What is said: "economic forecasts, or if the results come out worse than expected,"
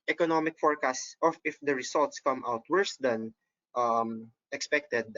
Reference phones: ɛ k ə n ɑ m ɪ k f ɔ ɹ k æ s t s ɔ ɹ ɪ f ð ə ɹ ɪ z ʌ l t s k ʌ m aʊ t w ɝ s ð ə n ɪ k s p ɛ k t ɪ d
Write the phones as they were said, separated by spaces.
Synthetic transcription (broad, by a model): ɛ k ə n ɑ m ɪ k f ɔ ɹ k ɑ s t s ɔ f ɪ f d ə ɹ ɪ s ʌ l t s k ʌ m aʊ t w ɝ s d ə n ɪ k s p ɛ k t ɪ d